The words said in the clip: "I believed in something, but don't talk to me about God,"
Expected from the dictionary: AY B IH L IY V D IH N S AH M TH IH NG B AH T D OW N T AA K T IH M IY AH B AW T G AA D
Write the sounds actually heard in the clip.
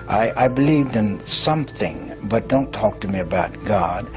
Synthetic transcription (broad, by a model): AY B IH L IY V D IH N S AH M TH IH NG B AH T D OW N T AA K T IH M IY AH B AW T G AA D